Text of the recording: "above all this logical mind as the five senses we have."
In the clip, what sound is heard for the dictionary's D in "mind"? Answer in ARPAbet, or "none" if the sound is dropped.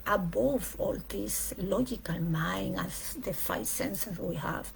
none